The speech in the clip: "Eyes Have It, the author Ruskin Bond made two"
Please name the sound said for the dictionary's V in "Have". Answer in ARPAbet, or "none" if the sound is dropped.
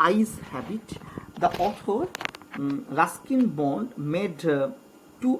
B